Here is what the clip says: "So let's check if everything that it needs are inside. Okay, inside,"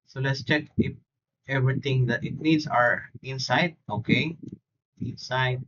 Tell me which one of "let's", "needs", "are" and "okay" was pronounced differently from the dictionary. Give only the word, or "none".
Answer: needs